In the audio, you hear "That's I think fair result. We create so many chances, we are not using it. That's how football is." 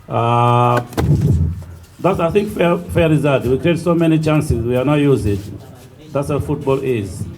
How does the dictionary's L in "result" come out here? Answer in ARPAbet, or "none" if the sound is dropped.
none